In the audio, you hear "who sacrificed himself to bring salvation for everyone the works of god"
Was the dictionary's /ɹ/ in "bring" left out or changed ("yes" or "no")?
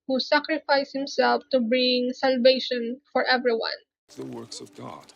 no